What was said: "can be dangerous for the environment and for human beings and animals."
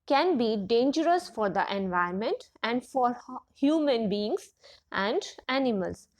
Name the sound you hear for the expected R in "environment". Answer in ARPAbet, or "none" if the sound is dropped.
none